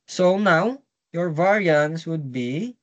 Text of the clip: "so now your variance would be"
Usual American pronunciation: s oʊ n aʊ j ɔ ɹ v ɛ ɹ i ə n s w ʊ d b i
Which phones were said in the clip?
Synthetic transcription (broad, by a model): s oʊ n aʊ j ɔ ɹ v ɛ ɹ i ə n s w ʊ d b i